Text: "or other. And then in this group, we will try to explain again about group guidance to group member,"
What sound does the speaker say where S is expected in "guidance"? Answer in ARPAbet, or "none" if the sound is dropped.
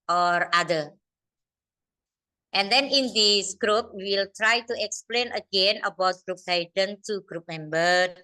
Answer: none